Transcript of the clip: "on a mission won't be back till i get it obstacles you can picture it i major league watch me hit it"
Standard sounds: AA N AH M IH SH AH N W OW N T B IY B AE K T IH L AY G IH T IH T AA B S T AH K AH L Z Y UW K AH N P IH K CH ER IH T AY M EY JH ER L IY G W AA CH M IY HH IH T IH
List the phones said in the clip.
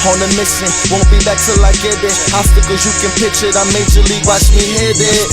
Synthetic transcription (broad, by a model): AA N AH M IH S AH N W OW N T B IY B AE K T IH L AY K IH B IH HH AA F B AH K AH Z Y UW K AH N P IH CH IH T AY M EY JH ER L IY G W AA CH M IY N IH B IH